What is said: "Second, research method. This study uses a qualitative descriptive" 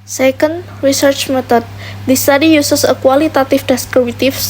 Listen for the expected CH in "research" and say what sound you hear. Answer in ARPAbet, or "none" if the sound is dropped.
CH